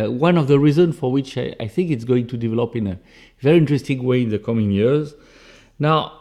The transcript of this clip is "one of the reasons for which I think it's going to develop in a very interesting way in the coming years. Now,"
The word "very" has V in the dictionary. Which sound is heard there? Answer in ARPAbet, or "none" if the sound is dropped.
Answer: V